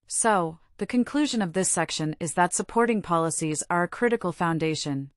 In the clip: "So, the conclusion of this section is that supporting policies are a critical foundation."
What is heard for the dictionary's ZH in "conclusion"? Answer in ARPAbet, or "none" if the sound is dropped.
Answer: ZH